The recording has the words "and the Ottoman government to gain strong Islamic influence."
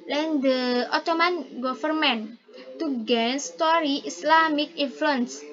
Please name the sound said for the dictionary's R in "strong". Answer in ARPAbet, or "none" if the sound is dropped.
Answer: none